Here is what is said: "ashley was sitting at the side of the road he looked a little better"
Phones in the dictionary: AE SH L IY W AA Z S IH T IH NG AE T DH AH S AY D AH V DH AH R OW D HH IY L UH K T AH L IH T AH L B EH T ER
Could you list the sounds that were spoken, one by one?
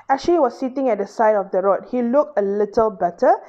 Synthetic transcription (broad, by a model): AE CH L IY W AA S S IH T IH NG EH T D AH S AY D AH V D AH R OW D HH IY L UH K T AH L IH T AH L B EH T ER